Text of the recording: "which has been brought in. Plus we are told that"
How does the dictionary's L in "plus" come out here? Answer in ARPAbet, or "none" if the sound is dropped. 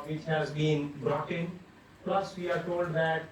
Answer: L